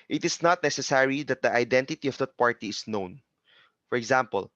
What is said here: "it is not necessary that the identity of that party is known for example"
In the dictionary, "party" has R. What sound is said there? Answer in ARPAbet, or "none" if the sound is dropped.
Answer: R